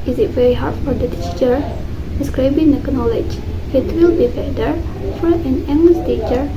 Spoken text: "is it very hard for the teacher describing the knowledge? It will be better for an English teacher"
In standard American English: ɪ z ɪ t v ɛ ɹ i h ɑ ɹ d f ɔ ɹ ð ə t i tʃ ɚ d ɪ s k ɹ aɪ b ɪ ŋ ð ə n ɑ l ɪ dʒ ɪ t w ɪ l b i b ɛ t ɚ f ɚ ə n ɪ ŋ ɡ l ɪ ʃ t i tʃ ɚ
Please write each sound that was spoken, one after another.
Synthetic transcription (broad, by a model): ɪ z ɪ t v ɛ ɹ i h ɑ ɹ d f ɔ ɹ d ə t i tʃ ɚ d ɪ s k ɹ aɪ b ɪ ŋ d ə n ɑ l ɪ dʒ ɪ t w ɪ l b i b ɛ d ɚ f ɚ ə n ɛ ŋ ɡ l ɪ s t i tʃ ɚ